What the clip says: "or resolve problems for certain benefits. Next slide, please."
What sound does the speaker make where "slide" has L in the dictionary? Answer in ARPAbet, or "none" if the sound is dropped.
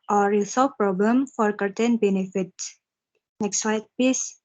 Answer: none